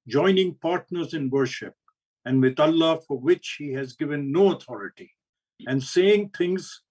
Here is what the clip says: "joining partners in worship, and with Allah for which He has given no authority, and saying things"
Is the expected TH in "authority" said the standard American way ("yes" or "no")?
no